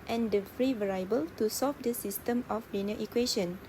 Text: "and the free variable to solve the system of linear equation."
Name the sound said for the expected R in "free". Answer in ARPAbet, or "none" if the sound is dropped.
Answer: R